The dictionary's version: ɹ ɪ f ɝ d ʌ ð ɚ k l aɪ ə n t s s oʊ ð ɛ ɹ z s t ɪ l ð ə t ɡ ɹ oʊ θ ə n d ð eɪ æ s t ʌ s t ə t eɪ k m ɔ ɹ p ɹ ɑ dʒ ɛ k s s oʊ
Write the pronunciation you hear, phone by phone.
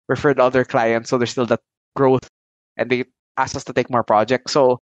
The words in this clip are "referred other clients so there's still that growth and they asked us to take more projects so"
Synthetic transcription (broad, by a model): ɹ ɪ f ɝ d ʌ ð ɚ k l aɪ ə n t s s oʊ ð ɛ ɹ s t ɪ l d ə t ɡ ɹ oʊ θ ə n d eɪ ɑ s ʌ s t ə t eɪ k m ɔ ɹ p ɹ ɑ dʒ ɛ k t s oʊ